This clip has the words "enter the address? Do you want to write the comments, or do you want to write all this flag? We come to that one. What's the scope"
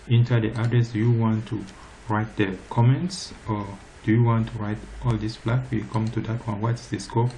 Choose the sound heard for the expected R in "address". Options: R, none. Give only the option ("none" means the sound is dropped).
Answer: none